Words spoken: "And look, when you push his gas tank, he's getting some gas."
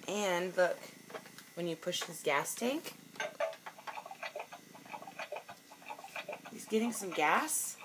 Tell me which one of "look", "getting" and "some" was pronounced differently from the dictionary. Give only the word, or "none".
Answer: none